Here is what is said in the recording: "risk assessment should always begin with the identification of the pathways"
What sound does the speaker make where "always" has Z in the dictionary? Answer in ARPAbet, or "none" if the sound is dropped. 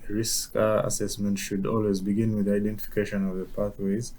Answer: Z